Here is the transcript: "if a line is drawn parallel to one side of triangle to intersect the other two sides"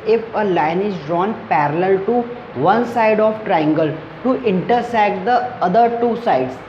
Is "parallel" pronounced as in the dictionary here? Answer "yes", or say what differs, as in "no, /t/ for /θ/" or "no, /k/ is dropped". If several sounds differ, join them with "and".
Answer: yes